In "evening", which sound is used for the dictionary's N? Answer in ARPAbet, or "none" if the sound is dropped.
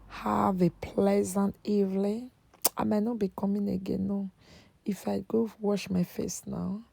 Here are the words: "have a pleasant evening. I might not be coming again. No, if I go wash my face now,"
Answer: L